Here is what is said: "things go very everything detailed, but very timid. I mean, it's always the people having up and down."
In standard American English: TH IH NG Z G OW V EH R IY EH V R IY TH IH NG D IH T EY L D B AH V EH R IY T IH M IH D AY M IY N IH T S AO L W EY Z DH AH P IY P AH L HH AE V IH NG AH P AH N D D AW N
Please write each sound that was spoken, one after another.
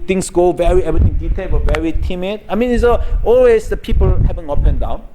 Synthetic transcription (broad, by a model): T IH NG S G OW V EH R IY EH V R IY T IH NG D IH T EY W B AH V EH R IY T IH M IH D AY M IY N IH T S AO L W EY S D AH P IY P AH L HH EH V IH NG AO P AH N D D AW N